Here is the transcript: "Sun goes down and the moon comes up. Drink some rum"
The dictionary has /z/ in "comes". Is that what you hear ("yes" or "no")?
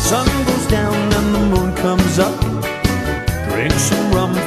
yes